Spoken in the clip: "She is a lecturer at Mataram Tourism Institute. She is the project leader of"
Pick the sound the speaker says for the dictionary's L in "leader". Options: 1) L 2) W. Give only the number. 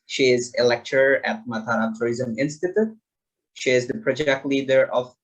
1